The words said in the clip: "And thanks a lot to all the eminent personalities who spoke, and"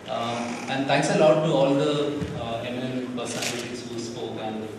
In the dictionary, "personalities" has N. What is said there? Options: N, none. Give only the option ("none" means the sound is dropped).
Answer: none